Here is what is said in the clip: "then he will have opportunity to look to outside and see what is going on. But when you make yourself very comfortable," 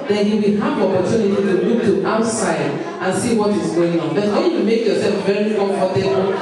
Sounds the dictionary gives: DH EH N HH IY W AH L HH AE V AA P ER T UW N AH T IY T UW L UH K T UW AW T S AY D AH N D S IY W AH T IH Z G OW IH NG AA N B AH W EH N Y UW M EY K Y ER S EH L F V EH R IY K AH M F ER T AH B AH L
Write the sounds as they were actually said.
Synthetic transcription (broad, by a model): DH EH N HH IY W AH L HH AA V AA P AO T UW N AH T IY T UW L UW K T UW AW T S AY D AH N S IY W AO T IH Z G OW IH NG AA N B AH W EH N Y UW M EY K Y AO S EH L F V EH R IY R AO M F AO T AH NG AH